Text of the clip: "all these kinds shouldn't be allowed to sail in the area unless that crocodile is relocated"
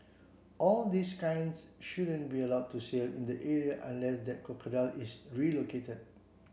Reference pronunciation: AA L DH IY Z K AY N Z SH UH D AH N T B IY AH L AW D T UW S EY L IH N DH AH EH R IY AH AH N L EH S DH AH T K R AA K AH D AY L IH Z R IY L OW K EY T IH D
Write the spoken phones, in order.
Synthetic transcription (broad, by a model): AA L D IY S K AY N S SH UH D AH N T B IY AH L AW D T UW S EY L IH N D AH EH R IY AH AH N L EH S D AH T K AA K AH D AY L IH S R IY L OW K EY T IH D